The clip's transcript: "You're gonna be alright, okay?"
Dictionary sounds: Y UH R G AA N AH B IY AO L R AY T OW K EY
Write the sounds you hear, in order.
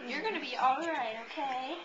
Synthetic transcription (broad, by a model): Y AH R G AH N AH B IY AO L R AY T OW K EY